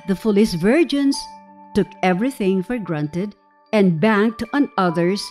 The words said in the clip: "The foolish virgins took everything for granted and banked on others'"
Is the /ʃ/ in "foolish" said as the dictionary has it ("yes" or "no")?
no